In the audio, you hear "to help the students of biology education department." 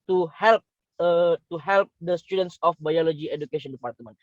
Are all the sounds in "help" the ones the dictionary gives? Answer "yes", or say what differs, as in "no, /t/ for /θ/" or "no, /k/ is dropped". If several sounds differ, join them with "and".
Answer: yes